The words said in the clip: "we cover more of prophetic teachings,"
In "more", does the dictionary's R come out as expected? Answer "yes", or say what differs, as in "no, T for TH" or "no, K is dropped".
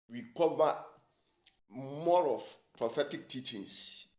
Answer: yes